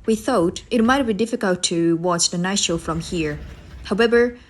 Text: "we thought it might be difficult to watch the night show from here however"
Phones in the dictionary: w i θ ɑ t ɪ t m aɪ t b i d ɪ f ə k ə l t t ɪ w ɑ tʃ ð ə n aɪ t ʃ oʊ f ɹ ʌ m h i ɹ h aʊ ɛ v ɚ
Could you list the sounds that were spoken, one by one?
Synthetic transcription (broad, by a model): w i θ ɑ t ɪ t m aɪ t b i d ɪ f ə k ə l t t ɪ w ɑ tʃ ð ə n aɪ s ʃ oʊ f ɹ ʌ m h i ɹ h aʊ ɛ v ɚ